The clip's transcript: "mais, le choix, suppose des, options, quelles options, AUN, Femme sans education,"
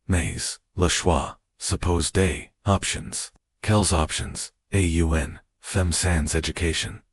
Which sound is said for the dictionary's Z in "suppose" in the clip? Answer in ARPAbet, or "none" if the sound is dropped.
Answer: Z